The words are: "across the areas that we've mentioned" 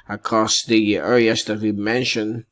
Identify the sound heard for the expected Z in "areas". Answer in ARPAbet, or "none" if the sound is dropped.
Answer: S